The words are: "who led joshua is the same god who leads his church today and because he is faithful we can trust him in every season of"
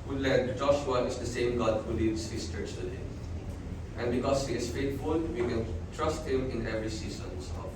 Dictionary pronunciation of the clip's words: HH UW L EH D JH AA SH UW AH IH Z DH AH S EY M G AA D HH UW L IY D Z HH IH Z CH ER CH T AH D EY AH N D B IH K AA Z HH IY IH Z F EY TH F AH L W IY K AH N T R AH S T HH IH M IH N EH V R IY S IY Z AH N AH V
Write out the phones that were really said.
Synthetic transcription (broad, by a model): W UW L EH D JH AA SH UW AH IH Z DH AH S EY M G AA D HH UW L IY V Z HH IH S CH ER CH T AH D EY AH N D B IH K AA S HH IY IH S F EY T F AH L W IY K AH N T R AH S T HH IH M IH N EH V R IY S IY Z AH N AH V